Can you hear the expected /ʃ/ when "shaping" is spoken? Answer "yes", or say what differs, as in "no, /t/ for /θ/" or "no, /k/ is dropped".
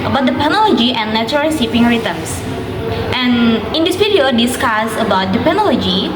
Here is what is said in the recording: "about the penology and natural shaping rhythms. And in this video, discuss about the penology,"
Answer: no, /s/ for /ʃ/